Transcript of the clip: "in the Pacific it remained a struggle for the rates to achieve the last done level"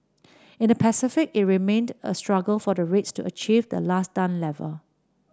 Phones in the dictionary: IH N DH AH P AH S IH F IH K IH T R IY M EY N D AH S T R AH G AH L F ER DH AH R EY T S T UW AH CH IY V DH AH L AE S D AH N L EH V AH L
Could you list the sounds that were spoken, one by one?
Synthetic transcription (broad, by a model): IH N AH P AH S IH F IH K IH T R IY M EY N D AH S T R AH G AH L F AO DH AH R EY T S T UW AH CH IY V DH AH L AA S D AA N L EH V AH L